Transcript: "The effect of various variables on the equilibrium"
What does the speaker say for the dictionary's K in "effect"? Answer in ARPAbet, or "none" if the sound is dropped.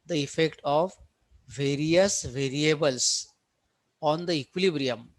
K